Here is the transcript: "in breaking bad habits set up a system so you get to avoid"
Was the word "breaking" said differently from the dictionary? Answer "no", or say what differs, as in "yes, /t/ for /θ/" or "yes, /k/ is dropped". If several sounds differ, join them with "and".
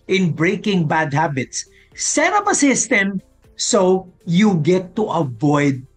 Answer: no